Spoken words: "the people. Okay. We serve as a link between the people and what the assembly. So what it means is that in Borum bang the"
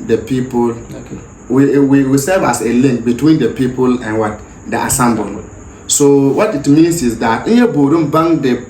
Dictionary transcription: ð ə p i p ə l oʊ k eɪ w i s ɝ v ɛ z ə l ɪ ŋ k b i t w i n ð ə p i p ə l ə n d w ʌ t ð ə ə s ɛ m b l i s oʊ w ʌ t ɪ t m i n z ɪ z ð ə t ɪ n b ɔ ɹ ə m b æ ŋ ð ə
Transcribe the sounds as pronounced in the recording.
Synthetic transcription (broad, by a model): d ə p i p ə l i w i w i s ɝ v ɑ s ə l ɪ ŋ k b i t w i n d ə p i p ə l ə n w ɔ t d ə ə s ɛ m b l s oʊ w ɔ t ɪ t m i n s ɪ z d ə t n b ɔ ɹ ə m b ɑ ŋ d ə